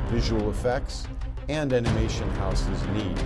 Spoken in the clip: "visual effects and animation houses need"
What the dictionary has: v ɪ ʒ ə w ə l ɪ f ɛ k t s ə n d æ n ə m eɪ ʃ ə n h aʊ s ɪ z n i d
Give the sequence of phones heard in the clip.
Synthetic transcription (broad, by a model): v ɪ ʒ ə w l ɪ f ɛ k t s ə n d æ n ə m eɪ ʃ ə n h aʊ s ɪ z n i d